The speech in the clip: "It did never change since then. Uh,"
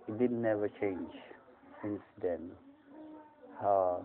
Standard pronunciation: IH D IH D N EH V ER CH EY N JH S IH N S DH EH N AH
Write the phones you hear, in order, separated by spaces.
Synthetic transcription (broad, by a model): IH D IH D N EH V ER CH EY N JH S IH N S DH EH N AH